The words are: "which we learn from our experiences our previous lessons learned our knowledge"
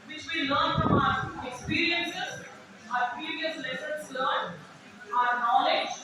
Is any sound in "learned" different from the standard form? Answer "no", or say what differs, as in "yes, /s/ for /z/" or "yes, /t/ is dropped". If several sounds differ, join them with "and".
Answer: yes, /d/ is dropped